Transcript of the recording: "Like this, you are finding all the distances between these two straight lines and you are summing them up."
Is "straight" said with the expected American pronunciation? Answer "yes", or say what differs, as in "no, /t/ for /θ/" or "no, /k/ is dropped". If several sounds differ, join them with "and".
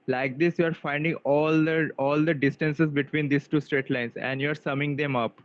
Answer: yes